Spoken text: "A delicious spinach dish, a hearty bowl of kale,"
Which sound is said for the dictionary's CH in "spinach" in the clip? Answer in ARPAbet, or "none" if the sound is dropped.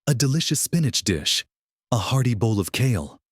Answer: CH